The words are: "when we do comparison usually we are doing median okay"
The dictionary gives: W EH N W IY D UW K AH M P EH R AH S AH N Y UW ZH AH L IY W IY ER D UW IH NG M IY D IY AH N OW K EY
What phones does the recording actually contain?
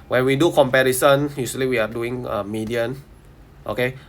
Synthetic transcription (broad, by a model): W EH N W IY D UW K AH M P EH R AH S AH N Y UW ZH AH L IY W IY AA D UW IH NG M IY D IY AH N OW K EY